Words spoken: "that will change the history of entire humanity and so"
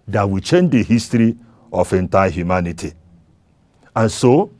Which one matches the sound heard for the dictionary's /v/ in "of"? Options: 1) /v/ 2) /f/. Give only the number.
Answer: 2